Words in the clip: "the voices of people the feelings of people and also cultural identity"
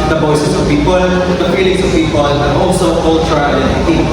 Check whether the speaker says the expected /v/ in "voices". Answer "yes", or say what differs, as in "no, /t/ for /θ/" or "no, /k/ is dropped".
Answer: no, /b/ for /v/